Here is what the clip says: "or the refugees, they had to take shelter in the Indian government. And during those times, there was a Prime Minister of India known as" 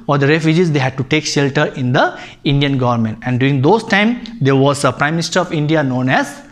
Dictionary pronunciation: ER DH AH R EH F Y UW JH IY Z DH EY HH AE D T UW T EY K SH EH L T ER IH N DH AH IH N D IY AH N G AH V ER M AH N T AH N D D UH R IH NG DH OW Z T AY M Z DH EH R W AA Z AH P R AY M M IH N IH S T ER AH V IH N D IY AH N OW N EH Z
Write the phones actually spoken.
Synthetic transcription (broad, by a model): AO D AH R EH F Y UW JH IY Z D EY HH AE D T UW T EY K SH EH L T ER IH N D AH IH N D IY AH N G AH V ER M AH N T AH N D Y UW R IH NG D OW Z T AY M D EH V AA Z AH P R AY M M IH N IH S T ER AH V IH N D IY AH N OW N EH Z